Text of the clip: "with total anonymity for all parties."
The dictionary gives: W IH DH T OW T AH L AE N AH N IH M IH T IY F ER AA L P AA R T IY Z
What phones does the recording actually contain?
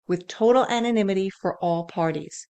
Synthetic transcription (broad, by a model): W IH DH T OW T L AE N AH N IH M IH T IY F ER AA L P AA R T IY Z